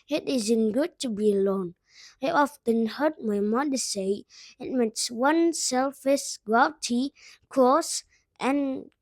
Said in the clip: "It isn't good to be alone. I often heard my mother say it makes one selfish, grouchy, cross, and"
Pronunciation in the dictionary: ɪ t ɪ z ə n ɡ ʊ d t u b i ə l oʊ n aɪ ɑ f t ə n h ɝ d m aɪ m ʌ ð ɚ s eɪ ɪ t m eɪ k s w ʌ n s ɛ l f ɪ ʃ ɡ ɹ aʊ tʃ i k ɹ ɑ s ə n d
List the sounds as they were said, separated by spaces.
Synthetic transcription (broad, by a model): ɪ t ɪ z ə n ɡ ʊ d t u b i ə l oʊ n aɪ ɑ f t ə n h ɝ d m aɪ m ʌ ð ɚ s eɪ ɪ t m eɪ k s w ʌ n s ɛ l f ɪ s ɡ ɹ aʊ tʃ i k ɑ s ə n